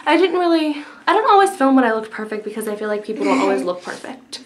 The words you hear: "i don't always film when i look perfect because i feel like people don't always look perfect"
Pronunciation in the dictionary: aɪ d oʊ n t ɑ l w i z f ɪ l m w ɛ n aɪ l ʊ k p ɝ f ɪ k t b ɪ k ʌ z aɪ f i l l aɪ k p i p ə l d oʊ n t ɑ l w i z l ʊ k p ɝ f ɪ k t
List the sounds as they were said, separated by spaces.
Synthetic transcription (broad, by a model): aɪ d oʊ n t ɑ l w i z f ɪ l m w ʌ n aɪ l ʊ k p ɝ f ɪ k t b ɪ k ʌ z aɪ f i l l aɪ k p i p l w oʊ l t ɑ l w i z l ʊ k p ɝ f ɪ k t